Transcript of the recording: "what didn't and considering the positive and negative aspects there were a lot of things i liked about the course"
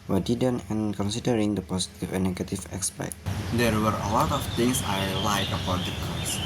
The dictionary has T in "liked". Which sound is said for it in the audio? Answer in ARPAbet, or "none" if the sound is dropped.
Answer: none